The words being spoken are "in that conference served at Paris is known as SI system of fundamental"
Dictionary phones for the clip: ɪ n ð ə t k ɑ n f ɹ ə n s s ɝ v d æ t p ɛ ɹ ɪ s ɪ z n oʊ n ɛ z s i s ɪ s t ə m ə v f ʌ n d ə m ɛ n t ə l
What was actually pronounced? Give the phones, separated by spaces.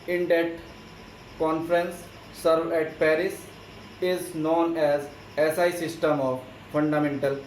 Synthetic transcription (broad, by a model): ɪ n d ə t k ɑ n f ɹ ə n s s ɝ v ɛ t p ɛ ɹ ɪ s ɪ z n oʊ n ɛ z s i s ɪ s t ə m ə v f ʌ n d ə m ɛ n t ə l